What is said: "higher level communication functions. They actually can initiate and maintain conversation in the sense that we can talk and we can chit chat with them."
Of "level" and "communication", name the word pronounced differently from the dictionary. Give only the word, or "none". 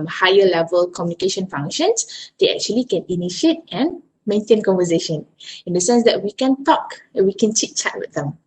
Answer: none